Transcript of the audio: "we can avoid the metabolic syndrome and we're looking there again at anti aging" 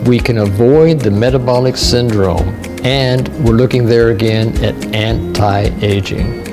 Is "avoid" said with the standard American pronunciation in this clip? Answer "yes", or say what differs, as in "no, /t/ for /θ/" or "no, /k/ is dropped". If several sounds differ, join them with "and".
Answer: yes